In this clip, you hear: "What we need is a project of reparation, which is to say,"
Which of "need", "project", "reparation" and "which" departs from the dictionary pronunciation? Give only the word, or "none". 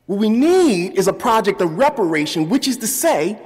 none